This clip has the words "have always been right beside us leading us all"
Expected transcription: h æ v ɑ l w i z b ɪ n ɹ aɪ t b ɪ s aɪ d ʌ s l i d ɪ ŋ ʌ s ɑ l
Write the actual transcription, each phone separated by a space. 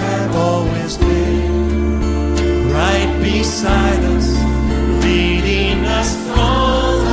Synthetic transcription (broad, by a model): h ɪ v ɑ l w i z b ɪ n ɹ aɪ t b ɪ s aɪ d ʌ s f i d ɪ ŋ ʌ s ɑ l